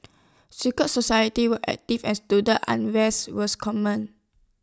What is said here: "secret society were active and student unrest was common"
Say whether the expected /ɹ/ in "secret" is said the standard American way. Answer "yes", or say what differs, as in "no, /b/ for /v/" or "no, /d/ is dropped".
no, /ɹ/ is dropped